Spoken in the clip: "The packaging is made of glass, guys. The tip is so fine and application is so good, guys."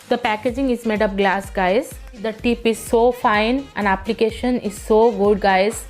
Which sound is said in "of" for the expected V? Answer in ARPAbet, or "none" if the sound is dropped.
P